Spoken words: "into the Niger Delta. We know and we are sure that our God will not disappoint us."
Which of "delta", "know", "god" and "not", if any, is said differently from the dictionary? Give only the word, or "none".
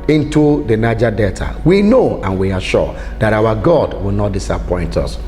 delta